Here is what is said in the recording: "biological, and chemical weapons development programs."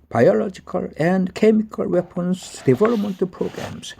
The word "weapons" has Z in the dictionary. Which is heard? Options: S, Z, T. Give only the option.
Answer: S